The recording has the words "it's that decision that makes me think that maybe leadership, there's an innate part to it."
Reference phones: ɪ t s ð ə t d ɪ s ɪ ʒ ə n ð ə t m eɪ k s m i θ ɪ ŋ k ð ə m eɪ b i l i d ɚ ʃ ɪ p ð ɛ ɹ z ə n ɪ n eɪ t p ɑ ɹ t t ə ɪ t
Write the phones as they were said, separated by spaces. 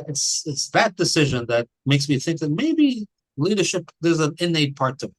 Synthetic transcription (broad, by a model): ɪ t s ð ə t d ɪ s ɪ ʒ ə n ð ə t m eɪ k s m i θ ɪ ŋ k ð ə m eɪ b i l i d ɚ ʃ ɪ p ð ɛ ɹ z ə n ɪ n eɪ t p ɑ ɹ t t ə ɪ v